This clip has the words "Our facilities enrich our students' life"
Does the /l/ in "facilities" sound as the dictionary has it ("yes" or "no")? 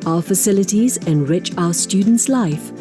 yes